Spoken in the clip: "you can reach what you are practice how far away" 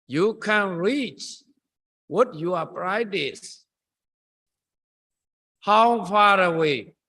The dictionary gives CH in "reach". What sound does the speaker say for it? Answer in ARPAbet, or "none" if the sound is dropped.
CH